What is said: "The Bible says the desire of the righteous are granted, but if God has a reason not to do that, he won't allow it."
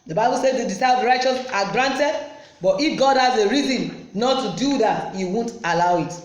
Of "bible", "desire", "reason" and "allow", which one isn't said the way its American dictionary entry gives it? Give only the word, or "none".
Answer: desire